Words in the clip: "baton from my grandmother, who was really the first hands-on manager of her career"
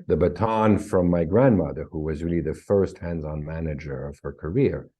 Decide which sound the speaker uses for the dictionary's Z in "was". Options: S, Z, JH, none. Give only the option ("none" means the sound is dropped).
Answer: Z